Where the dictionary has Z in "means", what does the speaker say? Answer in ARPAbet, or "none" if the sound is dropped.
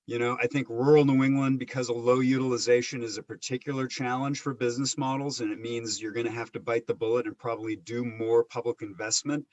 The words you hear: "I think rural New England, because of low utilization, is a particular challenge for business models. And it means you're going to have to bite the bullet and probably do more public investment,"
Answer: Z